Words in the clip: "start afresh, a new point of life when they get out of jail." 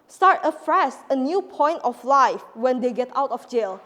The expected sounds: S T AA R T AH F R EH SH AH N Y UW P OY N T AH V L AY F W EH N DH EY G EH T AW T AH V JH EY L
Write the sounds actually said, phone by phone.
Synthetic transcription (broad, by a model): S T AA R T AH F R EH S AH N Y UW P OY N T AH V L AY F W EH N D EY G EH T AW T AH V JH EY L